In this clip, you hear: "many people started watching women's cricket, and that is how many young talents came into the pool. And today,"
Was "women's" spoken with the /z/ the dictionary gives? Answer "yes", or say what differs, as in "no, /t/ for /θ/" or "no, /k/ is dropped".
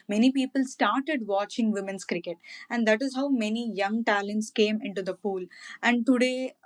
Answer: no, /s/ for /z/